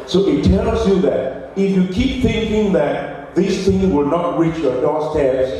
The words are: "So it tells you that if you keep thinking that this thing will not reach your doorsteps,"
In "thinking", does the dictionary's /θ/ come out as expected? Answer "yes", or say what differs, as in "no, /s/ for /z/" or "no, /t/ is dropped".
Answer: yes